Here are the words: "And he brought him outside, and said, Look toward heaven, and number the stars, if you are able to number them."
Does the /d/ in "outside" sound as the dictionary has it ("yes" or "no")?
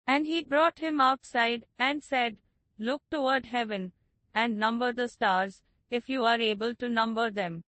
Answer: yes